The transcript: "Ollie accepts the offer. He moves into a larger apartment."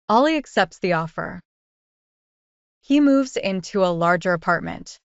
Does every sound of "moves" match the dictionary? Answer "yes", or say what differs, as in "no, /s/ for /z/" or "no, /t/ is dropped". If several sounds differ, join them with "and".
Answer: yes